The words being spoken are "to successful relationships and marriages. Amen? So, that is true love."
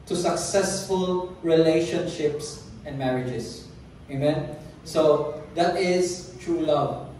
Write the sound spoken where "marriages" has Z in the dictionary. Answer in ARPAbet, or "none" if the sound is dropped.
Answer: S